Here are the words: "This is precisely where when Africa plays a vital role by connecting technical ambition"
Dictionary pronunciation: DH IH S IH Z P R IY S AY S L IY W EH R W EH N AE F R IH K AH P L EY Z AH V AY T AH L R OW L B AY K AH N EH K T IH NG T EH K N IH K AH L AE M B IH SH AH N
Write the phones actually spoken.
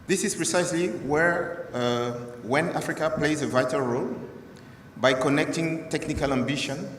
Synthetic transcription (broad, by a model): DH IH S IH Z P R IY S AY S L IY W EH R W EH N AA F R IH K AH P L EY Z AH V AY T AH L R OW L B AY K AH N EH K T IH NG T EH K N IH K AH L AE M B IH SH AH N